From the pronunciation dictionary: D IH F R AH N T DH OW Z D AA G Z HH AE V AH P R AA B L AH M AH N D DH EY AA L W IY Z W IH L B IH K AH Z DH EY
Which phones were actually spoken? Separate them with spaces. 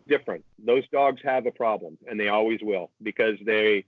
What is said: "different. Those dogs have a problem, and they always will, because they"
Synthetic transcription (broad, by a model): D IH F R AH N T DH OW Z D AA G Z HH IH V AH P R AA B L AH M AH N DH EY AA L W IY Z W IH L B IH K AH Z DH EY